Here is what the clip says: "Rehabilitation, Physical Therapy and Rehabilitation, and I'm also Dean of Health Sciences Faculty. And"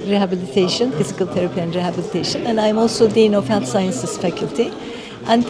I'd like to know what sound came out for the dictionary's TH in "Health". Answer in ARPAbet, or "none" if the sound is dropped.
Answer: T